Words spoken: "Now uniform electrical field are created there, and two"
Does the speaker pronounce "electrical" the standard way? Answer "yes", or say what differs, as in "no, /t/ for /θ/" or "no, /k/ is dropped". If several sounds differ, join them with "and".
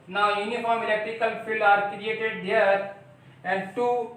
yes